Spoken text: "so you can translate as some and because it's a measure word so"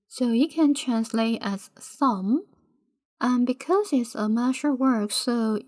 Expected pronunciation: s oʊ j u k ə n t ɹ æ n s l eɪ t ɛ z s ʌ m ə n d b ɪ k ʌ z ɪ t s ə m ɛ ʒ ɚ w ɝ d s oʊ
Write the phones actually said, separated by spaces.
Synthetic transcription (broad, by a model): s oʊ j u k ə n t ɹ æ n s l eɪ t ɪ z s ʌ m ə n b ɪ k ʌ z ɪ t s ə m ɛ ʃ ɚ w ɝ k s oʊ